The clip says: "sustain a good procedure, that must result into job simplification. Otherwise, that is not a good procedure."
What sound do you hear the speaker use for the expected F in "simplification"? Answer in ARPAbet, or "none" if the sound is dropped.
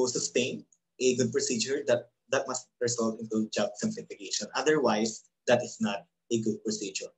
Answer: P